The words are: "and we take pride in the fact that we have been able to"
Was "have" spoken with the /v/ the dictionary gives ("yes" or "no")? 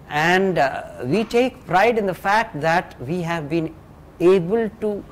yes